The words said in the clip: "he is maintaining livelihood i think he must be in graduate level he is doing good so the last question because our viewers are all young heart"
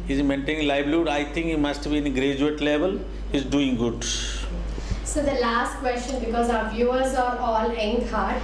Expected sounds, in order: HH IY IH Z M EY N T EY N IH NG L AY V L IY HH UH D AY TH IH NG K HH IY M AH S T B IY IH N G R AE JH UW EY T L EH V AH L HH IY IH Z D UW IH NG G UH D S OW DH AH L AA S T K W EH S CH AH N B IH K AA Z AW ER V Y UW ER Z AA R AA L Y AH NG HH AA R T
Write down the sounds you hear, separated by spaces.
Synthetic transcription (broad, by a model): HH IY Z M EY N T EY N IH NG L AY B L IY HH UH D AY T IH NG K HH IY M AH S T B IY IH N G R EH JH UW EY T L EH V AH L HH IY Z D UW IH NG G UH D S OW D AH L AA S T K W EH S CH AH N B IH K AA Z AW ER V Y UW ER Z AA R AA L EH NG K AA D